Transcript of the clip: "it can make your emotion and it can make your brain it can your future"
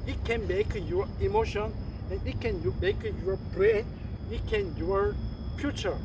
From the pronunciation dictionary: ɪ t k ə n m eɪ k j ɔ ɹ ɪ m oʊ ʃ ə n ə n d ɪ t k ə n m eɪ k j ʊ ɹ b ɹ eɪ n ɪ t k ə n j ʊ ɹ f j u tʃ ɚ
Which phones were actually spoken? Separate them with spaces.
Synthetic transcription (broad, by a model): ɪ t k ə n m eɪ k j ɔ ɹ ɪ m oʊ ʃ ə n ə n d ɪ t k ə n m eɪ k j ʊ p ɹ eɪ ɪ t k ə n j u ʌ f j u tʃ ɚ